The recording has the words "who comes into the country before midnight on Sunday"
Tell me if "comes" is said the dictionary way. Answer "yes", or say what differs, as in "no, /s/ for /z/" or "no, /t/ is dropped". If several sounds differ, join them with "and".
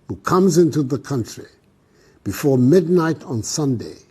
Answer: yes